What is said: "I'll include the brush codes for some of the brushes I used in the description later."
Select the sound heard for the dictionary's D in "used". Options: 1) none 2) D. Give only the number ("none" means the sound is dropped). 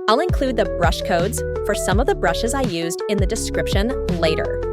2